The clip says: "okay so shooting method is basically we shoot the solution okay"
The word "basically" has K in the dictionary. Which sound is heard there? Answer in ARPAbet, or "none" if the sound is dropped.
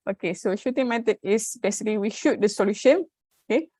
none